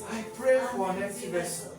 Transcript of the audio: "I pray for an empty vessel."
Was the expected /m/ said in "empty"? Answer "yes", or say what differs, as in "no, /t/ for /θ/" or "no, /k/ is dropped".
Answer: no, /m/ is dropped